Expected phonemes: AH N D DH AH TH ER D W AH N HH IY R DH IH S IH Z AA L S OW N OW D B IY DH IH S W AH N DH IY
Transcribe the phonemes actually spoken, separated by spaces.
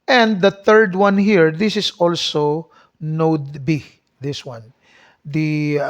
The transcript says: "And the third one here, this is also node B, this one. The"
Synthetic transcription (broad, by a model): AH N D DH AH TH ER D W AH N HH IY R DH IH S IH S AA L S OW N OW D B IY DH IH S W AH N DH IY